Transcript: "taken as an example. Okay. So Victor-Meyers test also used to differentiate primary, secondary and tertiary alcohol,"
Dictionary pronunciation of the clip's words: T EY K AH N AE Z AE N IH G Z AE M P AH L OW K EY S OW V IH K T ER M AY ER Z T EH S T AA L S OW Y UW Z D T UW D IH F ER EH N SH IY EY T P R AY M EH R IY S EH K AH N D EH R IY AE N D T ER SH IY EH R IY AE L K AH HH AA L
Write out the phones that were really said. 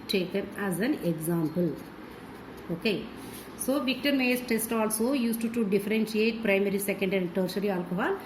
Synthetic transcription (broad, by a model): T EY K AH N AE Z AE N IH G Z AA M P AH L OW K EY S OW V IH K T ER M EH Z T EH S T AA L S OW Y UW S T T UW D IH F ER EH N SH IY EY T P R AY M EH R IY S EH K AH N D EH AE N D T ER S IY R IY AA L K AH HH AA L